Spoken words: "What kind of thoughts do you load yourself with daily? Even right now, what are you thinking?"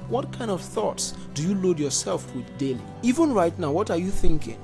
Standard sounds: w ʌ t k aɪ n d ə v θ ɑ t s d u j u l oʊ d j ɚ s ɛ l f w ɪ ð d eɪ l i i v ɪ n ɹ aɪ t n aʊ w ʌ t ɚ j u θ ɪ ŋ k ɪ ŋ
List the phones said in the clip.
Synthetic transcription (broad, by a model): w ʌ t k aɪ n d ə v θ ɑ t s d u j u l oʊ d j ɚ s ɛ l f w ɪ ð d eɪ l i i v ɪ n ɹ aɪ t n aʊ w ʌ t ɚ j u θ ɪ ŋ k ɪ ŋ